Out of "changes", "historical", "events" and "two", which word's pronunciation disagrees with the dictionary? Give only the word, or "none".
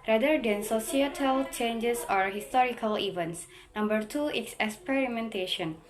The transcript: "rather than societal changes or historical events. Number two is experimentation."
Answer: changes